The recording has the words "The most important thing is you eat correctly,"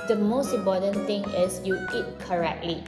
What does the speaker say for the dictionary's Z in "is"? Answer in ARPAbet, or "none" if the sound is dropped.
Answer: S